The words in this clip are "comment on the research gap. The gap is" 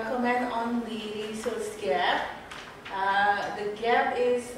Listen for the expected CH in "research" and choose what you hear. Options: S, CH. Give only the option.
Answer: S